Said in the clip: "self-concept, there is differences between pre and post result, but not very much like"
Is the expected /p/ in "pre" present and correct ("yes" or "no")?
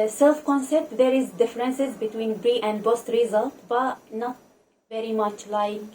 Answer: no